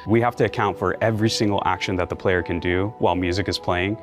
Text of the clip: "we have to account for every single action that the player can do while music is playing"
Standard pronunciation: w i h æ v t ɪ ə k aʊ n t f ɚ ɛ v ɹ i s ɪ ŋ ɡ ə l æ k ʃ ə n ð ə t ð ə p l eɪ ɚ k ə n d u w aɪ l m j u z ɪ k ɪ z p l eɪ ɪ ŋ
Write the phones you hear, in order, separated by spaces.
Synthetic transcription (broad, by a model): w i h æ f t ɪ ə k aʊ n t f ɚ ɛ v ɹ i s ɪ ŋ ɡ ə l æ k ʃ ə n ð ə t ð ə p l eɪ ɚ k ə n d u w aɪ l m j u z ɪ k ɪ z p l eɪ ɪ ŋ